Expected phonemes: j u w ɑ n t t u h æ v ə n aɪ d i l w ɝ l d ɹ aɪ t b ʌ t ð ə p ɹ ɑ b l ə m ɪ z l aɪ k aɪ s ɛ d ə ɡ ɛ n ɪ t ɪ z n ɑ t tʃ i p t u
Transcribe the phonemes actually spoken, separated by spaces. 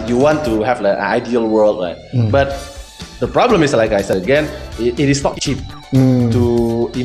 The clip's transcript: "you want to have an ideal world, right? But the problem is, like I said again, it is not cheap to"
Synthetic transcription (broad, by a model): j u w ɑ n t t u h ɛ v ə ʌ aɪ d i l w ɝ l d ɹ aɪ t b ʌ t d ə p ɹ ɑ b l ə m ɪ s l aɪ k aɪ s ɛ ə ɡ ɛ n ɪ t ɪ s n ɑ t tʃ i p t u